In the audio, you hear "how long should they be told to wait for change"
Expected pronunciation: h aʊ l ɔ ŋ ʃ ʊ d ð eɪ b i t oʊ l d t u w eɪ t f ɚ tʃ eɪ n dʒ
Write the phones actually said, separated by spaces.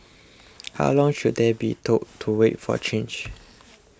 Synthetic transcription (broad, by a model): h aʊ l ɔ ŋ ʃ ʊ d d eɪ b i t oʊ d t u w eɪ t f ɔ tʃ eɪ n dʒ